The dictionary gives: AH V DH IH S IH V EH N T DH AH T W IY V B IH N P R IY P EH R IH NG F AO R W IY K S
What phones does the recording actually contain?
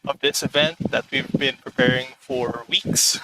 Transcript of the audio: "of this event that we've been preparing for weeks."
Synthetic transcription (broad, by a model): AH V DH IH S IH V EH N T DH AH T W IY V B IH N P R IY P EH R IH NG F AO R W IY K S